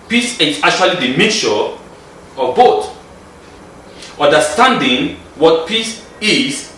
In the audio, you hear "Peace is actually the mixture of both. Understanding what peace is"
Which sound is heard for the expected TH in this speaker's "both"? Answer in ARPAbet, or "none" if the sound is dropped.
T